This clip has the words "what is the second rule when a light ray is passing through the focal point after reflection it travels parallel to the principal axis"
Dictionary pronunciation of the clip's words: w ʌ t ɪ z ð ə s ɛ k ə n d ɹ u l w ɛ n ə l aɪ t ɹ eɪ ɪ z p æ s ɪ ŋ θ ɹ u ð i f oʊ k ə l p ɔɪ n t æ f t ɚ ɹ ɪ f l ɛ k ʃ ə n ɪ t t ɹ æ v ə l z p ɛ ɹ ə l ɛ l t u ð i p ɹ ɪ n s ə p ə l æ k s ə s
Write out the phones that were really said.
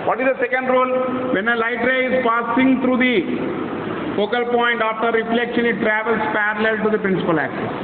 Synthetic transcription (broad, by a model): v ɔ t ɪ z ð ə s ɛ k ə n d ɹ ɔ l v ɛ n ə l aɪ t ɹ eɪ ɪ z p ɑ s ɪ ŋ t ɹ u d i f oʊ k ə l p ɔɪ n t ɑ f t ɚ ɹ ɪ f l ɛ k ʃ ə n ɪ t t ɹ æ v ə l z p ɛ ɹ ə l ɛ l t u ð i p ɹ ɪ n s ə p ə l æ k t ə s